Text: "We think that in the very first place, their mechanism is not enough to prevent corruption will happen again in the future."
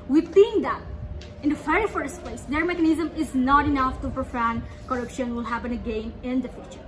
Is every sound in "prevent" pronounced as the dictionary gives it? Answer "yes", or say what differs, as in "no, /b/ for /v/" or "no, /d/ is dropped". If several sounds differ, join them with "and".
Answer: no, /f/ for /v/